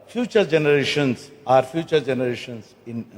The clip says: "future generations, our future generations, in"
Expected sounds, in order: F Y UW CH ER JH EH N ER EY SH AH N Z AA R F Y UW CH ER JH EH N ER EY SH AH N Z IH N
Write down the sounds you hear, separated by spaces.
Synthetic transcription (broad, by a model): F Y UW CH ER JH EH N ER EY SH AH N S AA R F Y UW CH ER JH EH N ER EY SH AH N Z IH N